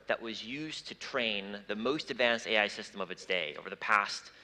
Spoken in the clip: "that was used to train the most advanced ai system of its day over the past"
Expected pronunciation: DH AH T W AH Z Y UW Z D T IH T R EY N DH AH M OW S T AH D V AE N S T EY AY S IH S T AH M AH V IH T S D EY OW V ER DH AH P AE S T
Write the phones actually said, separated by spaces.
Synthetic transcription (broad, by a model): DH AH T W AH Z Y UW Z T IH T R EY N DH AH M OW S T AH D V AE N S T EY AY S IH S T AH M AH V IH T S D EY OW V ER DH AH P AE S T